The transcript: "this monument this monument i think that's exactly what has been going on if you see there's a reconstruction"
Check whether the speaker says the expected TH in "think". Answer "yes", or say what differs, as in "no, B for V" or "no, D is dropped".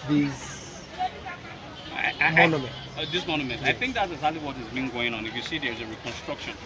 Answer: yes